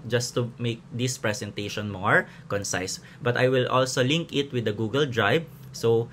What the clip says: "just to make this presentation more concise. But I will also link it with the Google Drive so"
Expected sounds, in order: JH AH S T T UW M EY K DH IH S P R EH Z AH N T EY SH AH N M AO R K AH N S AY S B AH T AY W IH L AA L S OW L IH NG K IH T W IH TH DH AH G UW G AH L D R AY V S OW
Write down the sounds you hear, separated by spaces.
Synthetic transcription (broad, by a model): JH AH S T T UW M EY K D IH S P R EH S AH N T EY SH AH N M AO R K AH N S AY S B AH T AY W IH L AA L S OW L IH NG K IH T W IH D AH G UW G AH L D R AY B S OW